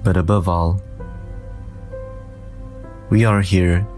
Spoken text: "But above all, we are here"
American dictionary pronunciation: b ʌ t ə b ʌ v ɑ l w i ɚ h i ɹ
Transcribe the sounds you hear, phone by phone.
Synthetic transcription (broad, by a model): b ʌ t ə b ʌ v ɑ l w i ɚ h i ɹ